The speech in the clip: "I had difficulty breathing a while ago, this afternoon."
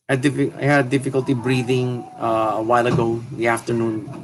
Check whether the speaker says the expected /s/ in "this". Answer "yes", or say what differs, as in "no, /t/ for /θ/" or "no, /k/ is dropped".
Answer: no, /s/ is dropped